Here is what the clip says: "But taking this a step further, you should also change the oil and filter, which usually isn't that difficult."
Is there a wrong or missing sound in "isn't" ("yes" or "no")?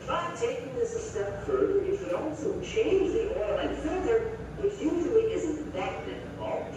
no